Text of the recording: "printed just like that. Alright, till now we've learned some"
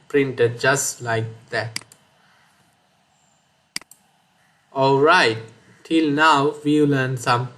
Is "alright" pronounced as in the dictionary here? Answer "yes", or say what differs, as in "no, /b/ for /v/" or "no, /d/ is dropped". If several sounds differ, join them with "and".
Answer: yes